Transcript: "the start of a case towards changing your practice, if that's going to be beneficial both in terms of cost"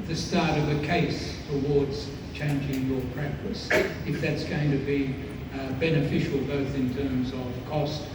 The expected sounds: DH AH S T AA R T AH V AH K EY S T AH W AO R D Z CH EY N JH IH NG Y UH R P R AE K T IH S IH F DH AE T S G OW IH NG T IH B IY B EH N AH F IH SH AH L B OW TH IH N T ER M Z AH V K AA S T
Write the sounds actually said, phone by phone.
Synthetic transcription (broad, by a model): DH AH S T AA R T AH V AH K EY S T AH W AO R D Z CH EY N JH IH NG Y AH R P R AE K T IH S IH F DH AE T S G OW IH NG T IH B IY B EH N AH F IH SH L B OW TH IH N T ER M Z AH V K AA S T